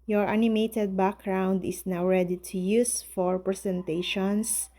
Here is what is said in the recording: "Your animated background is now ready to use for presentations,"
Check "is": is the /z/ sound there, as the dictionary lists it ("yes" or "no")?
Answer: no